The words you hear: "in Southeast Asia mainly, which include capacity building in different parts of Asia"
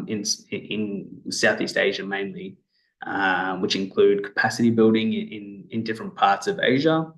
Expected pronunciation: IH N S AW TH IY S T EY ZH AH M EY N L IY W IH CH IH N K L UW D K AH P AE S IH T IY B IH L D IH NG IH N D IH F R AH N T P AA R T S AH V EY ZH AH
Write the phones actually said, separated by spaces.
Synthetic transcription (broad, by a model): IH N S AW TH IY S T EY ZH AH M EY N L IY W IH CH IH N K L UW D K AH P AE S IH T IY B IH L D IH NG IH N D IH F R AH N P AA R T S AH V EY ZH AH